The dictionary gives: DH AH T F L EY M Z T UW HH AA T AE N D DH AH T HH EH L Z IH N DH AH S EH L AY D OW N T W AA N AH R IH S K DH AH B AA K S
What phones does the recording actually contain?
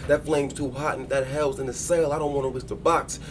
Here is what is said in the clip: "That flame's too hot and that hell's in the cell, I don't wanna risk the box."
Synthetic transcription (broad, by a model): DH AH T F L EY M Z T UW HH AA T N DH AH T HH EH L Z IH N DH AH S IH L AY D OW N T W AA N AH W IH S DH AH B AA K S